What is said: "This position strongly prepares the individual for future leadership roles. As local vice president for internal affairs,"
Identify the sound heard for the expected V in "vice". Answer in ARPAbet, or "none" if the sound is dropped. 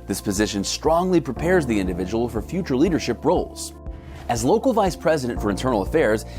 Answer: V